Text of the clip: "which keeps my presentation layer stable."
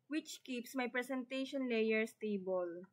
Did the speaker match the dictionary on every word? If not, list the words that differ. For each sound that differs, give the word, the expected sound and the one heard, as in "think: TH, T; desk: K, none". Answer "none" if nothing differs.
presentation: Z, S